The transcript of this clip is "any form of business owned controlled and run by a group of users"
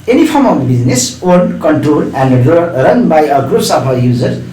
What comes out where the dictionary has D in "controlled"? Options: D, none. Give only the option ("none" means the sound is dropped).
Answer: none